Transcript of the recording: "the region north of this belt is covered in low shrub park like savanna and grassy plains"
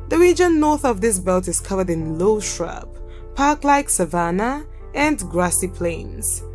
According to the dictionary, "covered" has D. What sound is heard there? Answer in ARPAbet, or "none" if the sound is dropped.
D